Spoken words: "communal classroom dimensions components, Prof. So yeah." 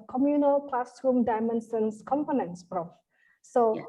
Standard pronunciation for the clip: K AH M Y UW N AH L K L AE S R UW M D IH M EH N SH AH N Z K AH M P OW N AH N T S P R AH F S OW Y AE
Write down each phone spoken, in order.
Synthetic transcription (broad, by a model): K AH M Y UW N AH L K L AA S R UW M D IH M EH N S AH N S K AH M P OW N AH N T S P R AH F S OW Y